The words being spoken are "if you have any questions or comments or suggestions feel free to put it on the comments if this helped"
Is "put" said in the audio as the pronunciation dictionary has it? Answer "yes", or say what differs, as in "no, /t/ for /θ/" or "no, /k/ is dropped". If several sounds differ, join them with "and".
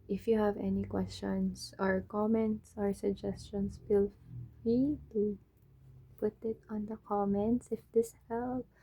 yes